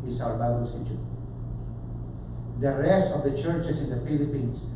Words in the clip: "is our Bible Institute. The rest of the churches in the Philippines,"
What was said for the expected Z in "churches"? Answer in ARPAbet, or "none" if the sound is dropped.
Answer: S